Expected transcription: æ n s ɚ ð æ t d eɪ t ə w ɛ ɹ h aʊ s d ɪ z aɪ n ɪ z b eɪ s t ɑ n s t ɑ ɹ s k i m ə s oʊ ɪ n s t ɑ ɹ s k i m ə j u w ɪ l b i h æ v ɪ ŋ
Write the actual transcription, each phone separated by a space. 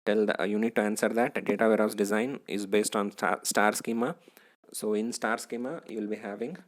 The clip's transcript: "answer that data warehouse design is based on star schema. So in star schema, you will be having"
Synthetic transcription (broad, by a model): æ n s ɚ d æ t d eɪ t ə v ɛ ɹ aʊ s d ɪ z aɪ n ɪ z b eɪ s t ɑ n s t ɑ ɹ s k i m ə s oʊ ɪ n s t ɑ ɹ s k i m ə j u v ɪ l b i h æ v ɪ ŋ